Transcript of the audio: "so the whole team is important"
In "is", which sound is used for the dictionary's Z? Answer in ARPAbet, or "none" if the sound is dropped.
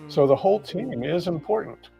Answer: Z